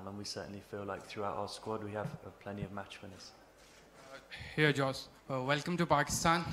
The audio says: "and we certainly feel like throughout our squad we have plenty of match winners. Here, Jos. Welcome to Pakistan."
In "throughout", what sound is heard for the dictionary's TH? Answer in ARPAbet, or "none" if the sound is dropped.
TH